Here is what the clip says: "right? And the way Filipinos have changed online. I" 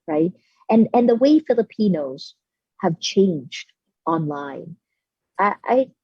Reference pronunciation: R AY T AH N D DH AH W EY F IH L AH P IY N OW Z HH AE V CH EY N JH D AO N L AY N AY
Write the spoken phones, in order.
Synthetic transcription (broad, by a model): R AY T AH N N DH AH W EY F IH L AH P IY N OW Z HH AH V CH EY N JH D AO N L AY N AY